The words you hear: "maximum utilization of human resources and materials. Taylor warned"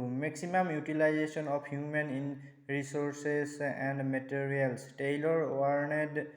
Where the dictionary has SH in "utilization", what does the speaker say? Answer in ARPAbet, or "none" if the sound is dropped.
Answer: S